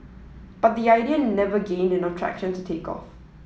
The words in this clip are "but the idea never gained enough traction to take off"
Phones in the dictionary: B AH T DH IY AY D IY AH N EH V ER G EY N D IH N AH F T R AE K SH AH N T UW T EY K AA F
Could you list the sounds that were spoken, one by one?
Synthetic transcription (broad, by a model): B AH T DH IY AY D IY AH N EH V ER G EY N D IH N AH T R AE K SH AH N T UW T EY K AA F